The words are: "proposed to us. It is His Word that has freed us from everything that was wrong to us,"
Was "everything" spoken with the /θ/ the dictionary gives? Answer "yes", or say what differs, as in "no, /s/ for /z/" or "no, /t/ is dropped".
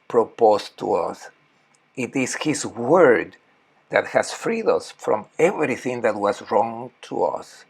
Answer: yes